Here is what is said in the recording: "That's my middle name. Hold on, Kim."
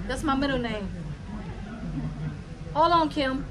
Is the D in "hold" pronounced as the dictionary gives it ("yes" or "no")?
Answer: no